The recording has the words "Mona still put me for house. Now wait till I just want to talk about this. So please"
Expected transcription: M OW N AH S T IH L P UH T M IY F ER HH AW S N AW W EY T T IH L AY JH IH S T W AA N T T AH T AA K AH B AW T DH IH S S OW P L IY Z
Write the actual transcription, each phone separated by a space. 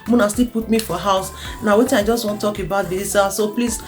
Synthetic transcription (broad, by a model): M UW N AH S T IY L P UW T M IY F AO HH AW S N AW W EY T T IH N AY JH IH S T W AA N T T T AA K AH B AW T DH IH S S OW P L IY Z